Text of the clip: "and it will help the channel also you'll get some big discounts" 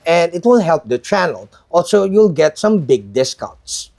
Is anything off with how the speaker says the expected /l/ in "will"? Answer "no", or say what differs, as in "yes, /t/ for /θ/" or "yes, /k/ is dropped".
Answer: yes, /n/ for /l/